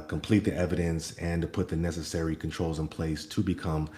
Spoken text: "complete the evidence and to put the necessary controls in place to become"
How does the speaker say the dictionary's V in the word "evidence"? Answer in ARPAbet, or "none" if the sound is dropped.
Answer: V